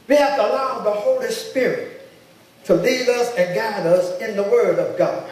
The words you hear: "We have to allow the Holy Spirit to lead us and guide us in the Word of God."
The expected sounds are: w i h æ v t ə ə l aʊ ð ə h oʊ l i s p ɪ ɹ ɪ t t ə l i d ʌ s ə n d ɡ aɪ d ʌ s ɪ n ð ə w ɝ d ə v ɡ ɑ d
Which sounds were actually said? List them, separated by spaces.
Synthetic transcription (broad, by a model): w i h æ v t ə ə l aʊ ð ə h oʊ l i s p ɪ ɹ ɪ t t ə l i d ʌ s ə n ɡ aɪ d ʌ s ɪ n ð ə w ɝ d ə v ɡ ɑ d